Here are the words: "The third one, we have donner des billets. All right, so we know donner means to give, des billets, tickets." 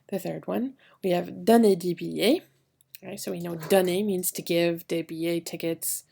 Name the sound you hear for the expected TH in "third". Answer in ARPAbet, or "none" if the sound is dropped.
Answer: TH